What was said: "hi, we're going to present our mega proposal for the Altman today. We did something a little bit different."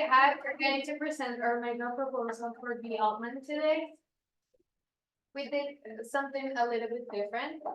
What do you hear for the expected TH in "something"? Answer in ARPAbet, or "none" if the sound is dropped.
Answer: TH